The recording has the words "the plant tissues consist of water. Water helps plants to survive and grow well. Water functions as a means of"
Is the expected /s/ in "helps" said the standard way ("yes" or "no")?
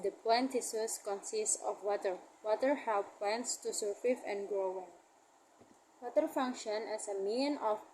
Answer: no